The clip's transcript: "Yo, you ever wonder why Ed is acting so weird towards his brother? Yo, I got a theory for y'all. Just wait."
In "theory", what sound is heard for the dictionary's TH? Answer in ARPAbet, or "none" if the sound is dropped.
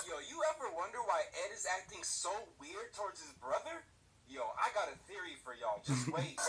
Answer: TH